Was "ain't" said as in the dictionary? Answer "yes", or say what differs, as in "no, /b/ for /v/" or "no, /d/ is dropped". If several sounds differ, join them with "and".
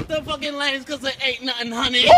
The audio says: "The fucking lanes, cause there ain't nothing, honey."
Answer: no, /n/ is dropped